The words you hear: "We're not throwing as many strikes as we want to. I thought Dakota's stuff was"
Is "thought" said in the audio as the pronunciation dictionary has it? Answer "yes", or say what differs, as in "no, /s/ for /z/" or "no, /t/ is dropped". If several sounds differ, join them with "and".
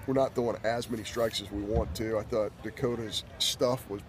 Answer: yes